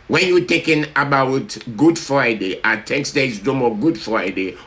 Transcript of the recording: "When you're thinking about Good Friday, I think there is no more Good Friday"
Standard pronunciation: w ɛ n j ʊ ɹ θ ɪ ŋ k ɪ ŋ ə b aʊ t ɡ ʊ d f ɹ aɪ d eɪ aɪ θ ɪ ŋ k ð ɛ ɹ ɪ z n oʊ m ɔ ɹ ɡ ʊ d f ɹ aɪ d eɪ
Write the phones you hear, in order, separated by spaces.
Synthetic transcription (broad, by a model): w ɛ n j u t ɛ k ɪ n ə b aʊ t ɡ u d f ɹ aɪ d eɪ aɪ t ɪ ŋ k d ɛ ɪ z n oʊ m ɔ ɡ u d f ɹ aɪ d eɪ